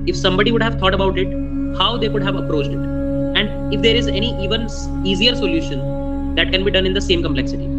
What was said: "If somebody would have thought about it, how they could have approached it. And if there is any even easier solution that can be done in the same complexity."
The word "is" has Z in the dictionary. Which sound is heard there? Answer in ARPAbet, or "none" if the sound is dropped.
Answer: Z